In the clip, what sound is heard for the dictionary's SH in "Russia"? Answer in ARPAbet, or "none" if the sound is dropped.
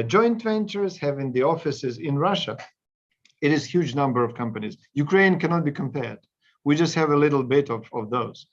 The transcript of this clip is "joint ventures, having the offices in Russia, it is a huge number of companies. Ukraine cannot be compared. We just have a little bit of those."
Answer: SH